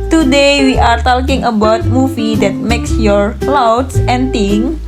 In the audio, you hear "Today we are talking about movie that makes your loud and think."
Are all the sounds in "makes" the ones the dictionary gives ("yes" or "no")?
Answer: yes